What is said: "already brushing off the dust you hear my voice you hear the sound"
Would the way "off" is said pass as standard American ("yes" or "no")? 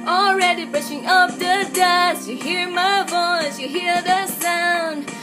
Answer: no